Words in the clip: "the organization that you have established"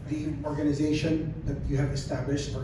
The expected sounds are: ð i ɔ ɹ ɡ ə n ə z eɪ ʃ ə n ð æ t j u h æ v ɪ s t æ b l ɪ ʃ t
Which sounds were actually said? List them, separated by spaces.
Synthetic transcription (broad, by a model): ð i ɔ ɹ ɡ ə n ə z eɪ ʃ ə n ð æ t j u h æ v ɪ s t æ b l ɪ ʃ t